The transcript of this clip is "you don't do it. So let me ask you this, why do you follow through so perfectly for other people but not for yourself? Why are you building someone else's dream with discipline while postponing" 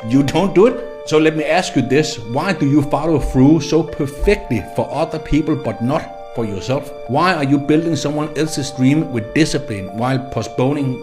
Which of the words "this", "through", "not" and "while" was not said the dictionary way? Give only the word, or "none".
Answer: through